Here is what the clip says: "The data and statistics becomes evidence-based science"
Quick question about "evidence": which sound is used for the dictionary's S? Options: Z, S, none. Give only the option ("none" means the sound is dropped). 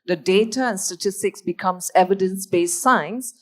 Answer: S